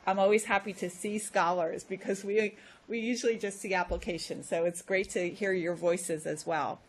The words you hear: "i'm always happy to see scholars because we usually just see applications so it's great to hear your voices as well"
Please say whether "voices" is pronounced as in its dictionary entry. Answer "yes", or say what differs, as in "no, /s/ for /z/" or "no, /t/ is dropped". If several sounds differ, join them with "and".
yes